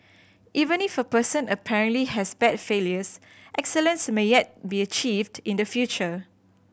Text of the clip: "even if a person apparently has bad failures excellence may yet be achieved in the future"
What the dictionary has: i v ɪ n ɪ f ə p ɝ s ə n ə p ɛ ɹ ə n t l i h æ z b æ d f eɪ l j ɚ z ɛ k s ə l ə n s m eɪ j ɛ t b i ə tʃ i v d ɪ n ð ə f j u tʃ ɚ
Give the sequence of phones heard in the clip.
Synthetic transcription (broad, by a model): i v ɪ n ɪ f ə p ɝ s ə n ə p ɛ ɹ ə n t l i h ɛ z b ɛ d f eɪ l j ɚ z ɛ k s ə l ə n s m eɪ j ɛ t b i ə tʃ i v d ɪ n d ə f j u tʃ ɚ